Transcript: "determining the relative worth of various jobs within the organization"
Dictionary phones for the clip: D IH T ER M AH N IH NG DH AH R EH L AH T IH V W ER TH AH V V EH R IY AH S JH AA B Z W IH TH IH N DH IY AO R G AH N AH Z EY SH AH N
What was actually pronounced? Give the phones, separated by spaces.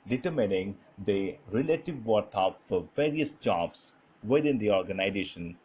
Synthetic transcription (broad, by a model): D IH T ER M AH N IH NG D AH R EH L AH T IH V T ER F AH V V EH R IY AH S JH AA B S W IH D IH N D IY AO R G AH N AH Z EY SH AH N